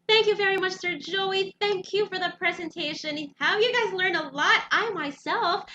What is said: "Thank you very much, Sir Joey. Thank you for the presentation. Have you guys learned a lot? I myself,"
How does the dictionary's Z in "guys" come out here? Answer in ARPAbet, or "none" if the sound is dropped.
Z